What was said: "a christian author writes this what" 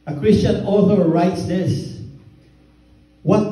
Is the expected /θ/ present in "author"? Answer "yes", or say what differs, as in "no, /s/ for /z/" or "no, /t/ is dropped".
yes